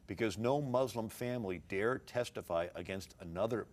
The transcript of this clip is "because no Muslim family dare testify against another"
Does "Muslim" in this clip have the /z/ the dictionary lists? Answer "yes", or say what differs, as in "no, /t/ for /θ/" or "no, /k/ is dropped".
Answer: yes